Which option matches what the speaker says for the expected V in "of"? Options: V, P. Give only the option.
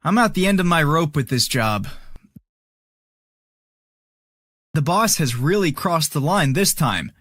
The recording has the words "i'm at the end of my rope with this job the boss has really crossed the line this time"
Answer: V